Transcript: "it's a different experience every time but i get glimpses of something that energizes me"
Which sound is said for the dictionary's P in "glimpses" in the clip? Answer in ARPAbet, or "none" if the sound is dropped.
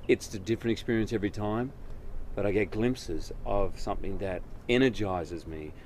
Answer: P